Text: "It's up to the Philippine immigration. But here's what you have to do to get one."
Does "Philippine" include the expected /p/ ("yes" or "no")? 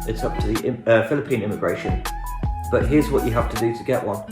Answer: yes